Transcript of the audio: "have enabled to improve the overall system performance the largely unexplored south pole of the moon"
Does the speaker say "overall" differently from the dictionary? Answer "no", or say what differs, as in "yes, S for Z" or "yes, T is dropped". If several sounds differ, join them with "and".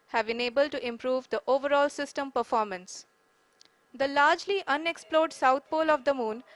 no